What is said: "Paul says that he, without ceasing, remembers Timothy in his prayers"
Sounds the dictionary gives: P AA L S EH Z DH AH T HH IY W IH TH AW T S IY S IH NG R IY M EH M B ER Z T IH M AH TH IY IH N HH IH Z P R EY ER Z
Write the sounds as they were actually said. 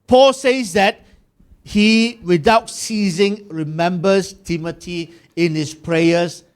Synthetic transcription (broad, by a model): P AA L S EH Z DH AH T HH IY W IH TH AW T S IY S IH NG R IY M EH M B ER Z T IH M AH T IY IH N HH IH S P R EY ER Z